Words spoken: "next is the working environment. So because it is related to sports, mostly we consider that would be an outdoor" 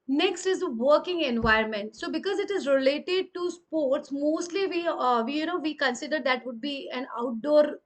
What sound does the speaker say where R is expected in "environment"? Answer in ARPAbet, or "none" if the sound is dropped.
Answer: none